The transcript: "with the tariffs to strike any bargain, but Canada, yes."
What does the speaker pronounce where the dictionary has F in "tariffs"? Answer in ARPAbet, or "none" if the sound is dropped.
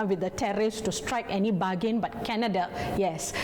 none